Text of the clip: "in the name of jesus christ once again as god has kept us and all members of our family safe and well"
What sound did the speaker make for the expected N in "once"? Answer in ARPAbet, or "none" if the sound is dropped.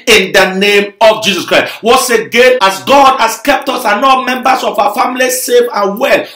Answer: none